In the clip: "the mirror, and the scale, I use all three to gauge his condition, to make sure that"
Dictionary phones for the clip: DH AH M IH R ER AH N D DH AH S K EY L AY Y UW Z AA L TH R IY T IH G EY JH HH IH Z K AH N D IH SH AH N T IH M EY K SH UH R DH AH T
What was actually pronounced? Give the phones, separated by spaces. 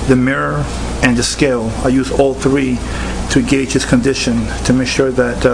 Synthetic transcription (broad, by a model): DH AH M IH R ER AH N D DH AH S K EY L AY Y UW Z AA L TH R IY T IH G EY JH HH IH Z K AH N D IH SH AH N T IH M EY K SH UH R DH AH T